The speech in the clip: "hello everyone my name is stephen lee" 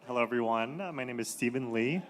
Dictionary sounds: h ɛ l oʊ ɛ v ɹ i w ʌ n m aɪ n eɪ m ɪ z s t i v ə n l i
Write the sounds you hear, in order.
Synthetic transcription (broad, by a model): h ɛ l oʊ ɛ v ɹ i w ʌ n m aɪ n eɪ m ɪ z s t i v ə n l i